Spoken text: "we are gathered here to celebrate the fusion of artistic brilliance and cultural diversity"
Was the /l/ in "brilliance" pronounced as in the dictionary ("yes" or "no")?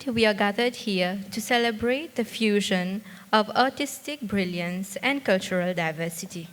yes